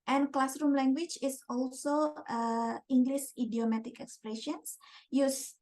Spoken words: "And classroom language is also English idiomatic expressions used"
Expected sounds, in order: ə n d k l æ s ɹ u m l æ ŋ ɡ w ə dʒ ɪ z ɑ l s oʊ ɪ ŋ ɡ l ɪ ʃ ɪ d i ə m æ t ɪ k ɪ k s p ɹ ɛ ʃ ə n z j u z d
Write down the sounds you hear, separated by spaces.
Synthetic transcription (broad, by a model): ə n k l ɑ s ɹ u m l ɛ ŋ ɡ w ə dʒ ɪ s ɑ l s oʊ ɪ ŋ ɡ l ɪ s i d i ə m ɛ t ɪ k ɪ k s p ɹ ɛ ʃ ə n s j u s